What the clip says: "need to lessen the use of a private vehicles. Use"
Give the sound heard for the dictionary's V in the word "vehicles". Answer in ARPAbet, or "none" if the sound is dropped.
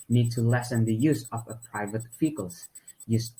F